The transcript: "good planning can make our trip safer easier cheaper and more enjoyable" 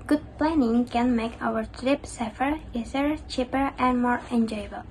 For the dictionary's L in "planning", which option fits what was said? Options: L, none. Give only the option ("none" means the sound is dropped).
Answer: L